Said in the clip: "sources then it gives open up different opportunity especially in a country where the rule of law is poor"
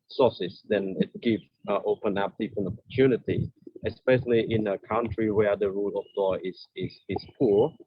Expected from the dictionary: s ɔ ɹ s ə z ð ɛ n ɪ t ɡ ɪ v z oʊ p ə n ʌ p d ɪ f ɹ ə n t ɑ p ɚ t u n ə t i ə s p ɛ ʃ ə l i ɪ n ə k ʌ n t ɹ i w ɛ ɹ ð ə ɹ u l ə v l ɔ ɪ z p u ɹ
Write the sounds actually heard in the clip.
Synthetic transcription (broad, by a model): s ɔ s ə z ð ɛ n ɪ t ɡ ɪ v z oʊ p ə n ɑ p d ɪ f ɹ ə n ɑ p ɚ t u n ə t i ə s p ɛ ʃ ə l i ɪ n ə k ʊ n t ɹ i w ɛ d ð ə ɹ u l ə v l ɔ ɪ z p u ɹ